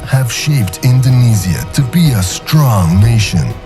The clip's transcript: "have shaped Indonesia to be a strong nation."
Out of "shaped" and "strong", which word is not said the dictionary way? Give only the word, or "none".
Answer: none